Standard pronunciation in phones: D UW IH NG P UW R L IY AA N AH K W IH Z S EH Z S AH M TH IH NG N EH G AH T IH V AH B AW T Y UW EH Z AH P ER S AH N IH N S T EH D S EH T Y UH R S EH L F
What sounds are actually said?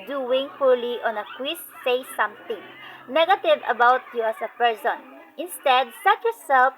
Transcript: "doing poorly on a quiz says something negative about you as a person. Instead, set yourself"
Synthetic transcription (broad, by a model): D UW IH NG F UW L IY AA N AH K W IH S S EH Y S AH M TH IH NG N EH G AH T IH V AH B AW T Y UW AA S AH P ER S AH N IH N S T EH D S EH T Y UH R S EH L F